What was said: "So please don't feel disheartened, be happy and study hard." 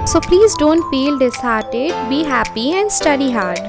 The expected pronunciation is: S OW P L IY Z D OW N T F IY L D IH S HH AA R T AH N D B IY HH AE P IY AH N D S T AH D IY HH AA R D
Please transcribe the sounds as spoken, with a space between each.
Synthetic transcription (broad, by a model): S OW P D IY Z D OW N T F IY L D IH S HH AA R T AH D B IY HH AE P IY AH N D S T AH D IY HH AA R D